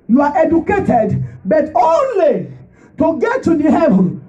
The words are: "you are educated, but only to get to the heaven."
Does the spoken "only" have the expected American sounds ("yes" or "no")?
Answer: yes